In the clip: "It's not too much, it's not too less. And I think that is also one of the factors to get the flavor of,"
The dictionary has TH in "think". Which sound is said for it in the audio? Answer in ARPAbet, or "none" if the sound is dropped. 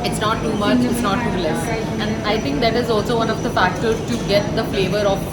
T